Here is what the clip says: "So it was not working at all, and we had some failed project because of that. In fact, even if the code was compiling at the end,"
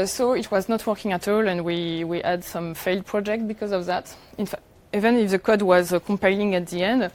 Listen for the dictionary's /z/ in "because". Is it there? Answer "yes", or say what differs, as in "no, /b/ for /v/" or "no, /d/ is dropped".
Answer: yes